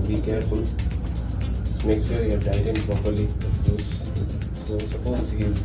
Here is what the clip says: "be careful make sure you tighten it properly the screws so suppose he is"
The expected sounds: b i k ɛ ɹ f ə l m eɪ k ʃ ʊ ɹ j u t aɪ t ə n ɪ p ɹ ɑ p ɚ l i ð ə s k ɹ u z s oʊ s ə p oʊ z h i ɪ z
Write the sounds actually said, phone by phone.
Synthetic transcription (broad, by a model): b i k ɛ ɹ f ə l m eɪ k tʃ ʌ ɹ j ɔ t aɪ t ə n p ɹ ɑ p ɚ l i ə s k u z s oʊ s ə p oʊ z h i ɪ